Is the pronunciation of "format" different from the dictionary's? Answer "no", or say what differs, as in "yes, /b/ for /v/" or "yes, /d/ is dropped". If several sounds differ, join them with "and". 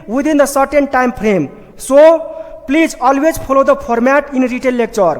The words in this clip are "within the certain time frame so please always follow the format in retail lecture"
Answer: yes, /p/ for /f/